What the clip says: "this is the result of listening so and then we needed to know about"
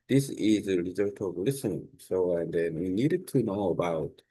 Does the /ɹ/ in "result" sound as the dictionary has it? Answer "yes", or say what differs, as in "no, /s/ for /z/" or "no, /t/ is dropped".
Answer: no, /l/ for /ɹ/